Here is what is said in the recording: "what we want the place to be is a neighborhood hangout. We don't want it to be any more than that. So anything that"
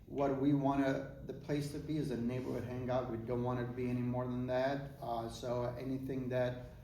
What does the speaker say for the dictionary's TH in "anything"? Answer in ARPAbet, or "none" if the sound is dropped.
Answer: TH